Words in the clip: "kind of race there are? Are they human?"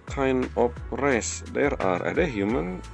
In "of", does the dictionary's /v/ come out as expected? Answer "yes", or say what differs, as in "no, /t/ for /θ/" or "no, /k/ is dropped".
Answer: no, /p/ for /v/